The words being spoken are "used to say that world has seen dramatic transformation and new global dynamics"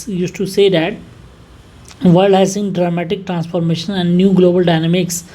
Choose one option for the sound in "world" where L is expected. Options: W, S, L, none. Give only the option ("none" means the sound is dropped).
none